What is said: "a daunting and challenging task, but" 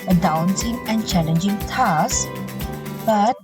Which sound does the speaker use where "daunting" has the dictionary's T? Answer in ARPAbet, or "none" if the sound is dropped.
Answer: S